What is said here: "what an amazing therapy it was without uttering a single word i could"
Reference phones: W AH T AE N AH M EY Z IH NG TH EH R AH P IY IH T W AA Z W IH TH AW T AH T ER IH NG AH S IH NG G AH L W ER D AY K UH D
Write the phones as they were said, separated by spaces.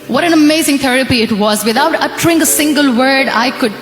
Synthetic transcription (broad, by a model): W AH T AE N AH M EY Z IH NG T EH R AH P IY IH T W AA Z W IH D AW T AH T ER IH NG AH S IH NG G AH L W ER D AY K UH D